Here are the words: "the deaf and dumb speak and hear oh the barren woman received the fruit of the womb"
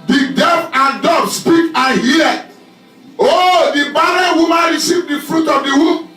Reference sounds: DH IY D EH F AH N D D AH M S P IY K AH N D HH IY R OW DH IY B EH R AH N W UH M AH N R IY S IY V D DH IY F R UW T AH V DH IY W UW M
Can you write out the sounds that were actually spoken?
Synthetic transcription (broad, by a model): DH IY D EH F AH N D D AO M S P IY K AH N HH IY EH OW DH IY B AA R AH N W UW M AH N R IY S IY V D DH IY F R UW T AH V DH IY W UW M